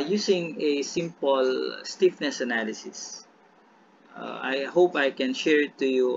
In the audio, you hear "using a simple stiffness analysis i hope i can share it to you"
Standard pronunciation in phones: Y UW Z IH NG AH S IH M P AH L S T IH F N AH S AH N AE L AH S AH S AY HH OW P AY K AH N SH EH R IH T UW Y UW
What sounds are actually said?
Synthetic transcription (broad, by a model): Y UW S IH NG AH S IH M P AH L S T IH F N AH S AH N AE L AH S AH S AY HH OW P AY K AH N SH EH R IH T UW Y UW